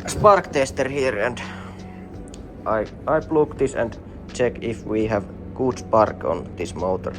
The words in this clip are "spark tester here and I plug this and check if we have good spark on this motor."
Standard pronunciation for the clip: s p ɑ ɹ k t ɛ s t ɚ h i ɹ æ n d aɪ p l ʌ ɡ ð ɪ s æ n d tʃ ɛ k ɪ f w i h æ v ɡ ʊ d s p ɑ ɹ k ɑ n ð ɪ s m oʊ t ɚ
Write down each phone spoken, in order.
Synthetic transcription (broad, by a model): s p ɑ ɹ k t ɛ s t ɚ h i ɹ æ n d aɪ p l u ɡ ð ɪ s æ n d tʃ ɛ k ɪ f w i h æ v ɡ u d s p ɑ ɹ k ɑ n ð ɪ s m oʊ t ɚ